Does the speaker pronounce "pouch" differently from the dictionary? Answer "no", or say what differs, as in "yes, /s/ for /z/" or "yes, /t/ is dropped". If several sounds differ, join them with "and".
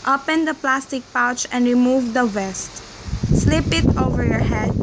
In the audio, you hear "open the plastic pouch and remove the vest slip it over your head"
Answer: no